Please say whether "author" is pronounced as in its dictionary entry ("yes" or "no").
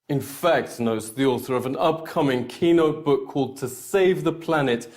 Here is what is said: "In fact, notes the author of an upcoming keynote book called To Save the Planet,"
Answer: yes